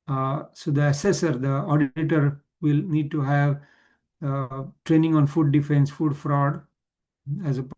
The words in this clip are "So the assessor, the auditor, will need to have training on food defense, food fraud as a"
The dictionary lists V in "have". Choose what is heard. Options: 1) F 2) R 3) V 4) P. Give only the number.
3